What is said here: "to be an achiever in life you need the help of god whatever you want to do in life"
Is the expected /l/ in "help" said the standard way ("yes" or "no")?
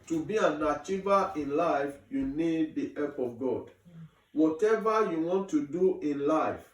no